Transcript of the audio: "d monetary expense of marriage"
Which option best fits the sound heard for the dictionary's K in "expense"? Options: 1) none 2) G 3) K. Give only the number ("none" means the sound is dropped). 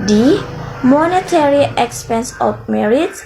3